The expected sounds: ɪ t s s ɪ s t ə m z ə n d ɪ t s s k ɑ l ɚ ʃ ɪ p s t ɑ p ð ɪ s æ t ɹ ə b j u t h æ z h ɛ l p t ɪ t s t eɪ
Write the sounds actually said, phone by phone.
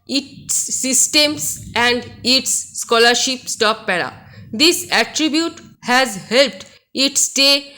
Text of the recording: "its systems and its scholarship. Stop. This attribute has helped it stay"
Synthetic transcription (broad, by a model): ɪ t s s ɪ s t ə m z ə n d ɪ t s s k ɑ l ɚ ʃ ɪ p s t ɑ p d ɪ s æ t ɹ ə b j u t h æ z h ɛ l p t ɪ t s t eɪ